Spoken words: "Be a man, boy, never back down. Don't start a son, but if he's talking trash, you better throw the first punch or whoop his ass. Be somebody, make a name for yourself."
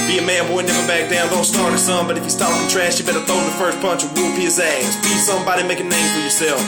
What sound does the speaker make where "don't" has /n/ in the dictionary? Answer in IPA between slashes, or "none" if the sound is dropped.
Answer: /l/